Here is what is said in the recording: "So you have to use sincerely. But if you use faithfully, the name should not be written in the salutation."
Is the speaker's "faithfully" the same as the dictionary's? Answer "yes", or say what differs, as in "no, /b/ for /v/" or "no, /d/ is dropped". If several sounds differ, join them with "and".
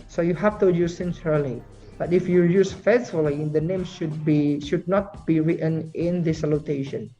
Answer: no, /s/ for /θ/